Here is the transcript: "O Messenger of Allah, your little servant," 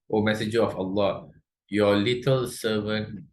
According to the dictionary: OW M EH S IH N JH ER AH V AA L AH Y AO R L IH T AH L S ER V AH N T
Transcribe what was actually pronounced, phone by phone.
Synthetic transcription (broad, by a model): OW M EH S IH JH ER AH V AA L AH Y AO L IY T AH L S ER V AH N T